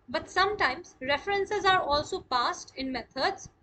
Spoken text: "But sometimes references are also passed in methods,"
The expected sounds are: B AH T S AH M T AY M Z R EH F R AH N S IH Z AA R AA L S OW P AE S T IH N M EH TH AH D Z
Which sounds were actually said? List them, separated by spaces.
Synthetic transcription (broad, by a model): B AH T S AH M T AY M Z R EH F R AH N S IH Z AA R AA L S OW P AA S T IH N M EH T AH D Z